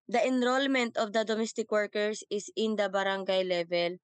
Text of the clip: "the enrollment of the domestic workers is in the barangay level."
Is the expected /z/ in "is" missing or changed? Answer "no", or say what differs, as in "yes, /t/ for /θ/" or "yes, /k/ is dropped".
yes, /s/ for /z/